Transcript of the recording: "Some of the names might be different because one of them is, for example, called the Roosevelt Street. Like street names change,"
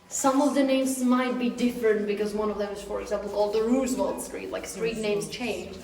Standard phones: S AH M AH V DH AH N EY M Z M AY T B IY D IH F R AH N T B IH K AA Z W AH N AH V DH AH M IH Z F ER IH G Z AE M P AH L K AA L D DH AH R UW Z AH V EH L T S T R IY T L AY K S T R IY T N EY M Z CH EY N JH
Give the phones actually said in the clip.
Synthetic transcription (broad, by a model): S AH M AH V DH AH N EY M Z M AY T B IY D IH F R AH N T B IH K AA Z W AH N AH V DH AH M IH Z F ER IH G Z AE M P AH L K AA L D DH AH R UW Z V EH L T S T R IY T L AY K S T R IY T N EY M Z CH EY N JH